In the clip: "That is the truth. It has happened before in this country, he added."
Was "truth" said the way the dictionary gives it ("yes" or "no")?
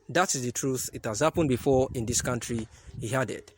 yes